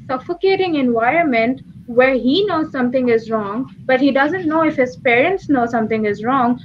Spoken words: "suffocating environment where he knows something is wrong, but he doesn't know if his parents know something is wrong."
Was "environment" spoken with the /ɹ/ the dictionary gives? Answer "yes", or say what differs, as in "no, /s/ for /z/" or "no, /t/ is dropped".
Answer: yes